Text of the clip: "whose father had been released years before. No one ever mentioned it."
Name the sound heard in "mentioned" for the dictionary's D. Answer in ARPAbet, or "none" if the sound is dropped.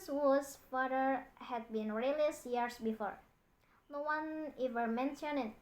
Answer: none